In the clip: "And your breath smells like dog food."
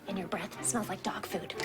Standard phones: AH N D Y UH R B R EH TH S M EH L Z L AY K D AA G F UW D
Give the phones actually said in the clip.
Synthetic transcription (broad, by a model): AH N Y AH R B R EH TH S M EH L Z L AY K D AA G F UW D